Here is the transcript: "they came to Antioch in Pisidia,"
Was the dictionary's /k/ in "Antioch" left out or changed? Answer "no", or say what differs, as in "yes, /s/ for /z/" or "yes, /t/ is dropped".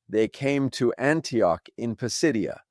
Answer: no